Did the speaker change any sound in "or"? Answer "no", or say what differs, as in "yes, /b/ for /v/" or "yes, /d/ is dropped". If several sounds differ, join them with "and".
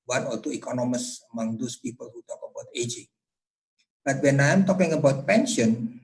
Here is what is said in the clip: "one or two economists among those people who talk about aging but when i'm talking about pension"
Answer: yes, /l/ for /ɹ/